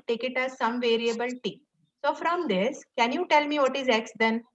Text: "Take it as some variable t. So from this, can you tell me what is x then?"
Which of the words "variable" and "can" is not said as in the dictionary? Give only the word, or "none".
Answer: none